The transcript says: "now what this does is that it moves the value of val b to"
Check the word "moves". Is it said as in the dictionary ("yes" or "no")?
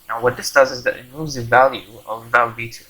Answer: no